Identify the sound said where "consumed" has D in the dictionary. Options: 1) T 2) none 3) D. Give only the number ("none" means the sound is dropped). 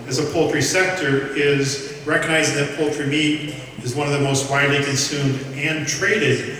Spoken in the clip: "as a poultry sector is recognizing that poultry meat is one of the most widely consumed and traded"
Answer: 3